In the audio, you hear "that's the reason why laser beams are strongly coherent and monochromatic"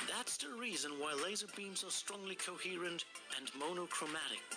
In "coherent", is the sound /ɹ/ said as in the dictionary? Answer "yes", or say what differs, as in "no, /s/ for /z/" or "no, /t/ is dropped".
yes